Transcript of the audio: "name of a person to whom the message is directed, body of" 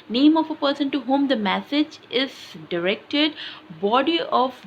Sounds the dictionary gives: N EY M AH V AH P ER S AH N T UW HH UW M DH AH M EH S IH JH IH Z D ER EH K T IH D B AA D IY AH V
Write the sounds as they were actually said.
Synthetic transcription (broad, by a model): N EY M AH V AH P ER S AH N T UW HH UW M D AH M EH S IH JH IH Z D ER EH K T IH D B AA D IY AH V